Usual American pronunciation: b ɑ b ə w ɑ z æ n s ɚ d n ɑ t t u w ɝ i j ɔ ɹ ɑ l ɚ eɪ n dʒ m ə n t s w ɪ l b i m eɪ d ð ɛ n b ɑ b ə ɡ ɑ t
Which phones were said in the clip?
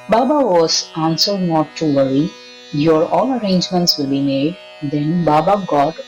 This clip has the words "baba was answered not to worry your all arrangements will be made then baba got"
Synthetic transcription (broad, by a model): b ɑ b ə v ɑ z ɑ n s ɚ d n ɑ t t u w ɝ i j ɔ ɹ ɑ l ɚ eɪ n dʒ m ə n t s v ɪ l b i m eɪ d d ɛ n b ɑ b ə ɡ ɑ t